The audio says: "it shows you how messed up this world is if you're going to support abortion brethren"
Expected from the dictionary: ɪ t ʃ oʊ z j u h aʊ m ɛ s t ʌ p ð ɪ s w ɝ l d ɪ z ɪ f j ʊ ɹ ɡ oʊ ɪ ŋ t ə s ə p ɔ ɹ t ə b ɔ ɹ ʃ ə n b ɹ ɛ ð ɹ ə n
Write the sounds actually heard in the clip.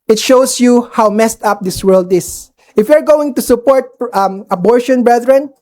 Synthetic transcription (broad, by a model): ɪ t ʃ oʊ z j u h aʊ m ɛ s t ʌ p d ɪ s w ɝ l d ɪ s ɪ f j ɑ ɹ ɡ oʊ ɪ ŋ t ə s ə p ɔ ɹ t ə b ɔ ɹ ʃ ə n b ɹ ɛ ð ɹ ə n